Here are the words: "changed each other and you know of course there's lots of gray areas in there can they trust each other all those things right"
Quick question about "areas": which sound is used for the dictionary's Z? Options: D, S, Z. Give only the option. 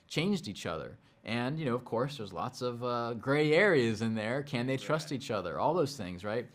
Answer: Z